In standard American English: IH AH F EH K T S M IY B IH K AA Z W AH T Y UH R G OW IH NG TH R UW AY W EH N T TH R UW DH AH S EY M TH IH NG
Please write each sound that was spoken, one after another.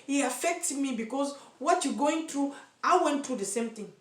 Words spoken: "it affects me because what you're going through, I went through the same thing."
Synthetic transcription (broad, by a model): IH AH F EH K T M IY B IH K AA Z W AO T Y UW G OW IH NG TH R UW AY W EH N T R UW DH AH S EY M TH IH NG